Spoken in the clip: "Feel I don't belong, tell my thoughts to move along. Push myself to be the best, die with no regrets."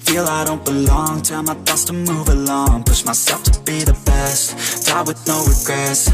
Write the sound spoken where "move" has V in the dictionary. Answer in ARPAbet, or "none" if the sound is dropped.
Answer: V